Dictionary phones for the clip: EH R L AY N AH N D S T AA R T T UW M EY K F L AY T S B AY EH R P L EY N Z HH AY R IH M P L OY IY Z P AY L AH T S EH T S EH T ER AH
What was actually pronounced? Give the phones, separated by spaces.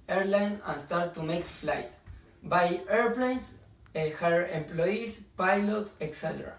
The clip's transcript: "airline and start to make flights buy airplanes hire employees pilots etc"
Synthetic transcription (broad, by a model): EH R L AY N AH N S T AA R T T UW M EY K F L AY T B AY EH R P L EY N S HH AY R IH M P L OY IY S P AY L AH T EH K S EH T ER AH